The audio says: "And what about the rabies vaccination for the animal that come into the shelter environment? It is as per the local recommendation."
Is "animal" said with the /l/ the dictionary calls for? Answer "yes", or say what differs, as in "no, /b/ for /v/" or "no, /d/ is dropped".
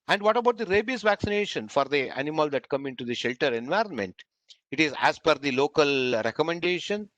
yes